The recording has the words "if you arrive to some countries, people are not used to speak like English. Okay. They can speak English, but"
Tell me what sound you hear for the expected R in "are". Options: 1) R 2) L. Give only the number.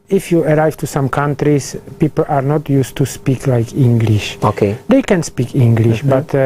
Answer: 1